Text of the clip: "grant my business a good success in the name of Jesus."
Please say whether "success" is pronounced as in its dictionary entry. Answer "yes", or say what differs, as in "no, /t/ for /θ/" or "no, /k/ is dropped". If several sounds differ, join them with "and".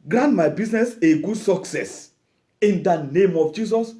yes